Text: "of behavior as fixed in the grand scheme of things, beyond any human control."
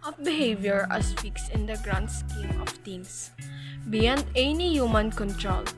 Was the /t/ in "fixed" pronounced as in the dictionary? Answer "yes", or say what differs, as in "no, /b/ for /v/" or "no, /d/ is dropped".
no, /t/ is dropped